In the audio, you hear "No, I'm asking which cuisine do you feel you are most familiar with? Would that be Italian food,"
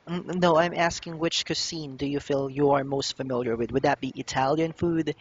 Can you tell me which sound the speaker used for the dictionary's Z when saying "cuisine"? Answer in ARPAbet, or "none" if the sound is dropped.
S